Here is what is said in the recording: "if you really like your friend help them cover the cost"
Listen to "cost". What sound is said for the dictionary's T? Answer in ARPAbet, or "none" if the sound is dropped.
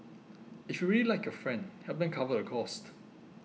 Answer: T